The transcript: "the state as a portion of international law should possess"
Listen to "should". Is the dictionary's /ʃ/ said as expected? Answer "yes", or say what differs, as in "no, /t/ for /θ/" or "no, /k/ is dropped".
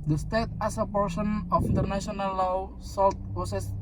no, /s/ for /ʃ/